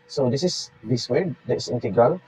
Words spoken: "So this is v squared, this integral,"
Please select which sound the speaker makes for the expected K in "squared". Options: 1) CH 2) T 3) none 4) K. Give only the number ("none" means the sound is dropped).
3